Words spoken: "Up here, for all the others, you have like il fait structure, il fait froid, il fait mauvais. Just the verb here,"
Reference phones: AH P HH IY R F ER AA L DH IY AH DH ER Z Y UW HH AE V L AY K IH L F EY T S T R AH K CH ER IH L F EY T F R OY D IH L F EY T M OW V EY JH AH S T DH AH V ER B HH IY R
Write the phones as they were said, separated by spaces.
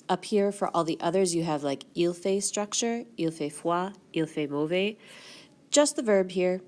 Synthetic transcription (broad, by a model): AH P HH IY R F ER AA L DH IY AH DH ER Z Y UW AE V L AY K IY L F EY S T R AH K CH ER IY L F EY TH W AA IY L F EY M OW V EY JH AH S T DH AH V ER B HH IY R